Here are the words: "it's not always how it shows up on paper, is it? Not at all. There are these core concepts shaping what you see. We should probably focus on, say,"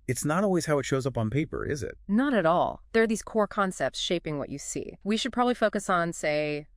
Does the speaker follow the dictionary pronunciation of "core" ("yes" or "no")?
yes